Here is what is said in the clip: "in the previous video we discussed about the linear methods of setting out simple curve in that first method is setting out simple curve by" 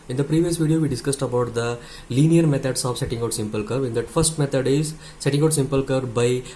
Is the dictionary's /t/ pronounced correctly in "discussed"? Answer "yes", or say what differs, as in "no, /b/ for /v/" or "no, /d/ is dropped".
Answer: yes